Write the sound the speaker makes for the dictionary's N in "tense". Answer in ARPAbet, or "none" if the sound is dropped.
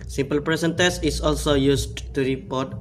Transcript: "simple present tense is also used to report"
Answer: none